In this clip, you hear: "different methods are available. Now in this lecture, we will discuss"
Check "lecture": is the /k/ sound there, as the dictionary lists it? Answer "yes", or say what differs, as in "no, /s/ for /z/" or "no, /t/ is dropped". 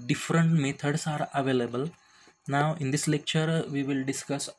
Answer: yes